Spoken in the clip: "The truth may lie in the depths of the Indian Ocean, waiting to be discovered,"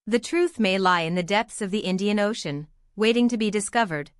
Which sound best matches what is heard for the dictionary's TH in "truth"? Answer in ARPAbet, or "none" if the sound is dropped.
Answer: TH